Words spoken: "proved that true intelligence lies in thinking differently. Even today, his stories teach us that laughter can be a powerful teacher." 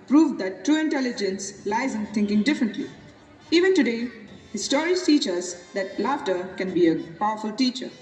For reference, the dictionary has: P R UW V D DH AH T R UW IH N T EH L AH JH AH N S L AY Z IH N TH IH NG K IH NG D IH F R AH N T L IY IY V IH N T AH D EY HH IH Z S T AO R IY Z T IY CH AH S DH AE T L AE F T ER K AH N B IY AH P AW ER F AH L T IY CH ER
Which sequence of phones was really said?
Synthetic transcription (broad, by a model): P R UW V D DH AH T R UW IH N T EH L AH JH AH N S L AY Z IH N T IH NG K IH NG D IH F R AH N T L IY IY V IH N T AH D EY HH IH S T AO R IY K T IY CH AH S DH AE T L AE F T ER K AH N B IY AH P AW ER F AH L T IY CH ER